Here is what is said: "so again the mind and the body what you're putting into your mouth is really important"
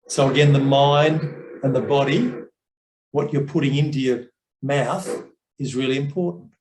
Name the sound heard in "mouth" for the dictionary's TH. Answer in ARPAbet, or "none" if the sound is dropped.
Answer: TH